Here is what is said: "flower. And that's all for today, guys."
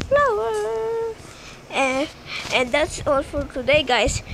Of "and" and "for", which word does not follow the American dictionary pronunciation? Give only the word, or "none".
for